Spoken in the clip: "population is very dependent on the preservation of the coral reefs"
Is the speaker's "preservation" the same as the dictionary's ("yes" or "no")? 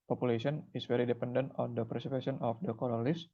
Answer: no